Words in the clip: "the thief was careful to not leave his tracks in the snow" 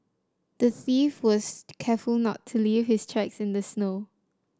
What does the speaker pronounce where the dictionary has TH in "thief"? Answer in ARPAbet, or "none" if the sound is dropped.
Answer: TH